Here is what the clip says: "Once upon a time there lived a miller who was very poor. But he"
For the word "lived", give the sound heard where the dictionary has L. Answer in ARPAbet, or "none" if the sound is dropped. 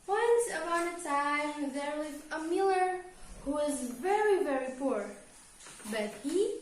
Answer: W